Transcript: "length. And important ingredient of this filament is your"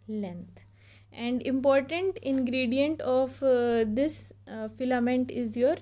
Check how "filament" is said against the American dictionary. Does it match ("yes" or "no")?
yes